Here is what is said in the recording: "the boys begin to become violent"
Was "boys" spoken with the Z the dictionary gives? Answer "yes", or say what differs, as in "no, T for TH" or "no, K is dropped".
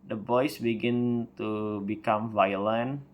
no, S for Z